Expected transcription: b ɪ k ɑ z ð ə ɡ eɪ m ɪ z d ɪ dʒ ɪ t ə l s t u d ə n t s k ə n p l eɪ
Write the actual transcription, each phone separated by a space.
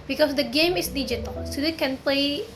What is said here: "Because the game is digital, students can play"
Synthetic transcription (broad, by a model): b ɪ k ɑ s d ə ɡ eɪ m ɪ s d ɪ dʒ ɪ t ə l s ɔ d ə t k ə n p l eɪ